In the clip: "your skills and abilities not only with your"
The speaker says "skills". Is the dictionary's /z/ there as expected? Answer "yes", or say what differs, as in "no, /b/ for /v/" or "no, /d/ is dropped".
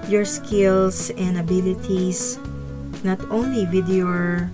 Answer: no, /s/ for /z/